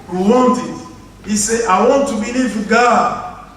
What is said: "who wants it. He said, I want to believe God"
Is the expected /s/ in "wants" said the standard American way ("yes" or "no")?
no